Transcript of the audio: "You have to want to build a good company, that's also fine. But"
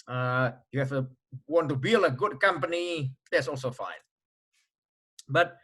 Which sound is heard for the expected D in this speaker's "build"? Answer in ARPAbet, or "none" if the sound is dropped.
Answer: none